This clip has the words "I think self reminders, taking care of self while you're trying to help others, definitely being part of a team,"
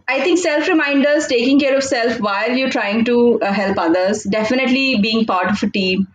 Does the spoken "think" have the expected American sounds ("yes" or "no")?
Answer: no